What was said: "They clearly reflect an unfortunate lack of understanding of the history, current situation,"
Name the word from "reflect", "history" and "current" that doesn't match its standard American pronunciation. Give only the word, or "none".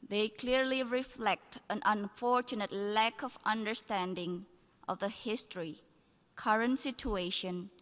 none